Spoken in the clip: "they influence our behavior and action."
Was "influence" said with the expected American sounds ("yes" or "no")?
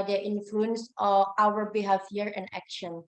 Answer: yes